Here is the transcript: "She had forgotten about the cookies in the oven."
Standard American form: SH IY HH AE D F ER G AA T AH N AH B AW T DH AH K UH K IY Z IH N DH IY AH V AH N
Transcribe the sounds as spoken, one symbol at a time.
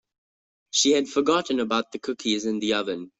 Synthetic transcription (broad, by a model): SH IY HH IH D F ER G AA T N AH B AW T DH AH K UH K IY Z IH N DH IY AH V AH N